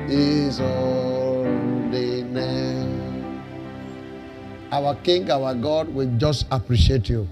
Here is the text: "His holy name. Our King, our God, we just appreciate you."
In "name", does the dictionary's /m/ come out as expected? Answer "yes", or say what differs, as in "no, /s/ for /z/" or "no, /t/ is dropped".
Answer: no, /m/ is dropped